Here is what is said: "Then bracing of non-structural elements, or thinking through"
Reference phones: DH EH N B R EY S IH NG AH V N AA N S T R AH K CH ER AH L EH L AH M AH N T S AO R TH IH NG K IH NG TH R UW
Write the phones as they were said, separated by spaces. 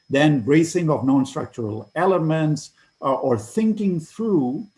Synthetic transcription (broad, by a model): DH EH N B R EY S IH NG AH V N AA N S T R AH K CH ER AH L EH L AH M AH N T S AO R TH IH NG K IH NG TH R UW